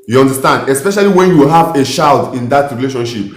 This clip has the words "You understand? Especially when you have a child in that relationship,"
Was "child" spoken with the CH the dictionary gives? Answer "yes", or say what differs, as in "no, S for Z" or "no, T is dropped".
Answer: no, SH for CH